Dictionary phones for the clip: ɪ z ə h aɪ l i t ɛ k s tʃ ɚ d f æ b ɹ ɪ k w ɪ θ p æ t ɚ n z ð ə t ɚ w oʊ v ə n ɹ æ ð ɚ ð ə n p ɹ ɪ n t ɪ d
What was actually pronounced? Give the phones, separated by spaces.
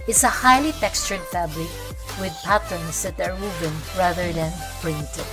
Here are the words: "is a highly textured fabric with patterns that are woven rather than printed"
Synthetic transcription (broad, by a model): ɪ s ə h aɪ l i t ɛ k s tʃ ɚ d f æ b l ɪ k w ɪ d p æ t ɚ n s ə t ɚ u b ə n ɹ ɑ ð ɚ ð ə n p ɹ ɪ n t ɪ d